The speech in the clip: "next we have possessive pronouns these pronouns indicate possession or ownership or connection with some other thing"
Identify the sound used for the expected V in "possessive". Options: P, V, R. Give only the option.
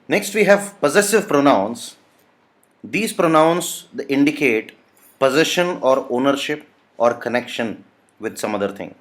V